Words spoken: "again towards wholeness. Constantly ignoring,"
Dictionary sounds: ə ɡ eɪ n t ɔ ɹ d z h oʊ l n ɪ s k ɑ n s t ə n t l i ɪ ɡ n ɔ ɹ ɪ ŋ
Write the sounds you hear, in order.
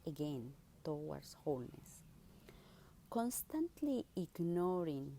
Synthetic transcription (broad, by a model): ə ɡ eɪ n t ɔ w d s h oʊ l n ɪ s k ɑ n s t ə n t l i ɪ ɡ n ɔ ɹ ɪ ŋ